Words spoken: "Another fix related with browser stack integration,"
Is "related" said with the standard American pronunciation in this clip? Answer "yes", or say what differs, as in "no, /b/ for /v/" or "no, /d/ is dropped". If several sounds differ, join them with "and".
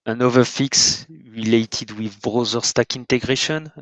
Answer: yes